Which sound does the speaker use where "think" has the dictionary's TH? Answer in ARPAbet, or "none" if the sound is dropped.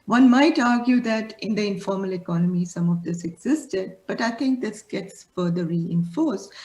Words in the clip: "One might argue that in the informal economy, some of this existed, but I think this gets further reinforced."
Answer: T